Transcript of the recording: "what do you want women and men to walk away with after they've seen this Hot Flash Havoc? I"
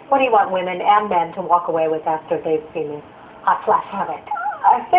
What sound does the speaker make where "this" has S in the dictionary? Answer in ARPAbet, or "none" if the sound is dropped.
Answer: none